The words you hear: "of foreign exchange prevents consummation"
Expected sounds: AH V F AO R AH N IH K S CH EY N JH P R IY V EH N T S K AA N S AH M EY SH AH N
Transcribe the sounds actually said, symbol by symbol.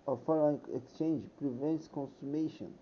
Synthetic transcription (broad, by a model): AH F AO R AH IH K S CH EY N JH P R IY V EH N T S K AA N S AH M EY SH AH N